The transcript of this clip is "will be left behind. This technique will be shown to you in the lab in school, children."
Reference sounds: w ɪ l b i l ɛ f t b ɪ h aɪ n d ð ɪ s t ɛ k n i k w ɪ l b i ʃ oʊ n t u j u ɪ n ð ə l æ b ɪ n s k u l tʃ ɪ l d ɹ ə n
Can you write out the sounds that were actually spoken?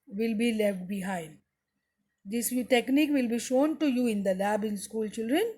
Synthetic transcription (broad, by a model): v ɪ l b i l ɛ f t b ɪ h aɪ n d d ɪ s t ɛ k n i k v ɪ l b i ʃ oʊ n t u j u ɪ n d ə l æ b ɪ n s k u l tʃ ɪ l d ɹ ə n